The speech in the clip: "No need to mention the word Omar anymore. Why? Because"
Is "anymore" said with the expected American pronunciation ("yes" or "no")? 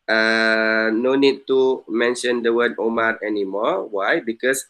yes